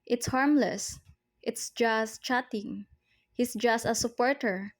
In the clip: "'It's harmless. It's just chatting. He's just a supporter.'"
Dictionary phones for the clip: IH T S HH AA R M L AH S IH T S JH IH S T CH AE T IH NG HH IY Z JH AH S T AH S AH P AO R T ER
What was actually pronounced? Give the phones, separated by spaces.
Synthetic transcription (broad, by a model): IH T S HH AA R M L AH S IH T S JH IH S T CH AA T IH NG HH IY S JH AH S T AH S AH P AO R T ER